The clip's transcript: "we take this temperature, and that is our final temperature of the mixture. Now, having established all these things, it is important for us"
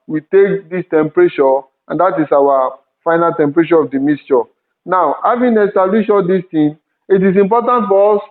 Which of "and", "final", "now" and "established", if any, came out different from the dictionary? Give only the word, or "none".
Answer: established